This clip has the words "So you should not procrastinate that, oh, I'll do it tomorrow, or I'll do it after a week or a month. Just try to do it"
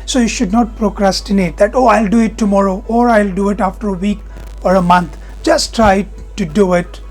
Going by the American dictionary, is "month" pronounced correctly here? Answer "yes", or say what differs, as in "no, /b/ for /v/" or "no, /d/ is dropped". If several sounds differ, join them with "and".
no, /t/ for /θ/